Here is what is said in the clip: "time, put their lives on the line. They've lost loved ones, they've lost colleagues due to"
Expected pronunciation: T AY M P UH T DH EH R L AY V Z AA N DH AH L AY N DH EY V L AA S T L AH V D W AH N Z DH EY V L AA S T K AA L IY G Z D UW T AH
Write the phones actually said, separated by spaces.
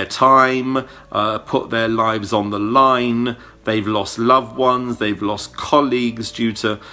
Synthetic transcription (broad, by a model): T AY M P UH T DH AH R L AY V Z N DH AH L AY N DH EY V L AA S T L AH V W AH N Z DH EY V L AA S K AA L IY G Z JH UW T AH